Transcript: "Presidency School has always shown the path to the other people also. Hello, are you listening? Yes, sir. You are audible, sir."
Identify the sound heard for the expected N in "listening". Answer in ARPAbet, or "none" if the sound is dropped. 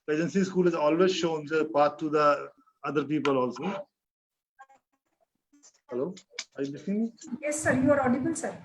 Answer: none